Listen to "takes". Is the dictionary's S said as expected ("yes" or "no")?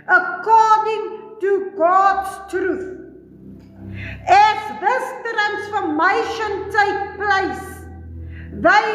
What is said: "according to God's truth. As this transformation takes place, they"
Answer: no